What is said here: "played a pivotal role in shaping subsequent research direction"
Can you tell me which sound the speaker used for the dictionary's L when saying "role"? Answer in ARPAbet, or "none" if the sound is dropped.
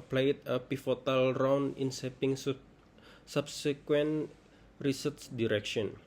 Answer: N